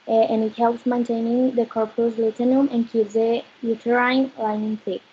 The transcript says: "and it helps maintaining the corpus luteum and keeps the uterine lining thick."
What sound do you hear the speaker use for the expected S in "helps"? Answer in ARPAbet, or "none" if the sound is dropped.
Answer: S